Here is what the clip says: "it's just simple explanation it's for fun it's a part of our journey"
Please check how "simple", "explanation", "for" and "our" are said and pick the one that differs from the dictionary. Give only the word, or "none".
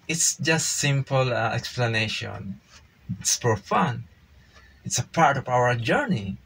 for